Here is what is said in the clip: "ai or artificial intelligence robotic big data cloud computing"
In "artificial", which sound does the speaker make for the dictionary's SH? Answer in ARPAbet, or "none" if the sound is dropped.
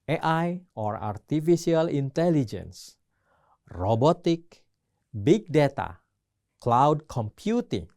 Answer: S